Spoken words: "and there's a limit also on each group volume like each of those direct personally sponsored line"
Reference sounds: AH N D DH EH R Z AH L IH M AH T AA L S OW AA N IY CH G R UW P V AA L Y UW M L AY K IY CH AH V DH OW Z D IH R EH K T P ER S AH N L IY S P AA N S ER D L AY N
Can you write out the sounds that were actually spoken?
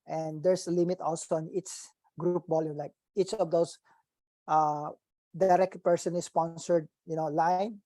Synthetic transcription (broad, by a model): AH N D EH R S AH L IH M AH T AA L S OW AA N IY S G R UW P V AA L Y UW M L AY K IY CH AH V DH OW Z D IH R EH K T P ER S AH N L IY S P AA N S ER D L AY N